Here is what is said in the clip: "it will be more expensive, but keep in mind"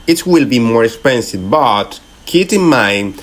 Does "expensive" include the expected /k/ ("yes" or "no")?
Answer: yes